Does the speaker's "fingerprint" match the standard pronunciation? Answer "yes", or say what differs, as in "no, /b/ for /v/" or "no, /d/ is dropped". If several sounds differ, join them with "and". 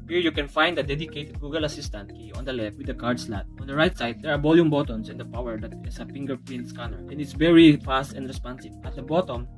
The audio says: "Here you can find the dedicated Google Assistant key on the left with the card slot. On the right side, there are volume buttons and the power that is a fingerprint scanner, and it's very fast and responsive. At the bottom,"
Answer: no, /l/ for /ɹ/